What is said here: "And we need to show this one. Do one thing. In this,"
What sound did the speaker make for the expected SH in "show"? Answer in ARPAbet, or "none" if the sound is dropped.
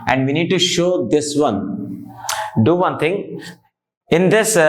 SH